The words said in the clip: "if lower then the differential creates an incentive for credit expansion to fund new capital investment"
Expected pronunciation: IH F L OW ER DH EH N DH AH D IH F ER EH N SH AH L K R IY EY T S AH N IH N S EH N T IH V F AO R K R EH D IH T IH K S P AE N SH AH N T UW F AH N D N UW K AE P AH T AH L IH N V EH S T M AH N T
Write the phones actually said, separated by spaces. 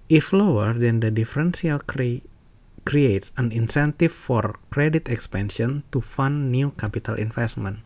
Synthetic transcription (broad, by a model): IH F L OW ER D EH N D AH D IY F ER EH N S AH L K R IY EY T S AH N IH N S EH N T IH F AO R K R EH D IH T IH K S P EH N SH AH N T UW F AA N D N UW K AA P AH T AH L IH N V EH S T M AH N